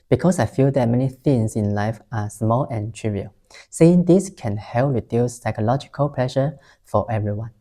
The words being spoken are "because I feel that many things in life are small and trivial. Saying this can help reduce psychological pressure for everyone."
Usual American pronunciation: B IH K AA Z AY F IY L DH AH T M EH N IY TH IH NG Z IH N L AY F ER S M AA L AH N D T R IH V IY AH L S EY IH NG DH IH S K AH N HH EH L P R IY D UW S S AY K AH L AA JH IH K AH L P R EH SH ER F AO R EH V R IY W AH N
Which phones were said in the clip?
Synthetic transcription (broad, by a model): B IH K AA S AY F IY L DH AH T M EH N IY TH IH NG S IH N L AY F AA S M AA L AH N T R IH V IY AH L S EY IH NG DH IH S K AH N HH EH L P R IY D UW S S AY K AH L AA JH IH K AH L P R EH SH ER F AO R EH V R IY W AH N